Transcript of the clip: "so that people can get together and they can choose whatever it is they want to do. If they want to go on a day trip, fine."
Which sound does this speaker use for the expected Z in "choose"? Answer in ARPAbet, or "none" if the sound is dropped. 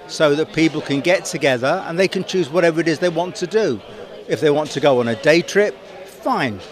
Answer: Z